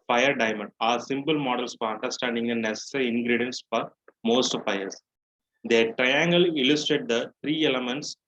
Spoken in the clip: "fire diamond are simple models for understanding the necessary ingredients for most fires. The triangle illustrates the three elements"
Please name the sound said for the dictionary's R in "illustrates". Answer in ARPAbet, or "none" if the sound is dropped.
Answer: none